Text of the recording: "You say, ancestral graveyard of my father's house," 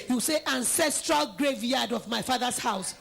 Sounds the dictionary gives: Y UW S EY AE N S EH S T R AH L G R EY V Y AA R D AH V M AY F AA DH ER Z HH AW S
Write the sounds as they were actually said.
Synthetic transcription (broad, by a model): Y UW S EY AE N S EH S T R AH L G R EY V Y AA D AH V M AY F AA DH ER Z HH AW S